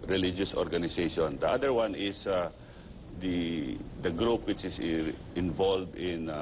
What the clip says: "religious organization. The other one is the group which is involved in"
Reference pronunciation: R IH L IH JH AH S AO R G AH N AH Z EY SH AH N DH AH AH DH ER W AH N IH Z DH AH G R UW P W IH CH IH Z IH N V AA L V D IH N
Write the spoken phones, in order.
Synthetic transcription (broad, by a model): R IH L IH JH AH S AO R G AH N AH S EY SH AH N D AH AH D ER W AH N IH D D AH G R UW P W IH CH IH S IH N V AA L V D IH N